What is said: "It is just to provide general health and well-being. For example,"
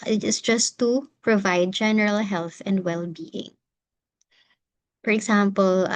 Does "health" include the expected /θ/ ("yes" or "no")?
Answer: yes